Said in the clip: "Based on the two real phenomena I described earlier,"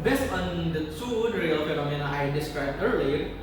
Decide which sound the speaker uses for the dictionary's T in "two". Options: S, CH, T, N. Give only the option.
S